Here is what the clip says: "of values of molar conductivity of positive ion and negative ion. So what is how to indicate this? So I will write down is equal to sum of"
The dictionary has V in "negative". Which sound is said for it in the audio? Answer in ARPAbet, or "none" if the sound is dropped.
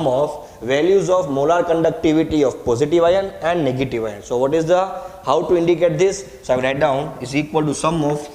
V